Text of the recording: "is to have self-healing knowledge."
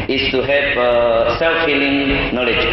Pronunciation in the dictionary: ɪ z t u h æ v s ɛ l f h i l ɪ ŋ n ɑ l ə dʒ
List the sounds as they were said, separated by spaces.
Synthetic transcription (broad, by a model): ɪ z t u h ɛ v s ɛ l f h i l ɪ ŋ n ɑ l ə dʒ